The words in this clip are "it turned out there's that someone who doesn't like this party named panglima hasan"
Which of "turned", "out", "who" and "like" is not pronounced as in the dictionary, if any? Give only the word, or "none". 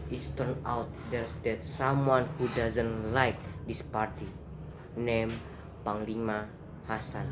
turned